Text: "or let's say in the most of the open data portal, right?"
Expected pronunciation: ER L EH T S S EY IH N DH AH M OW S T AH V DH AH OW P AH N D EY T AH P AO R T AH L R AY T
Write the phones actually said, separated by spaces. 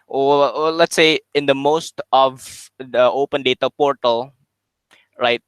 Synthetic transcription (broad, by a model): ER L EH T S S EY IH N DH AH M OW S T AH V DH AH OW P AH N D EY T AH P AO R T AH L R AY T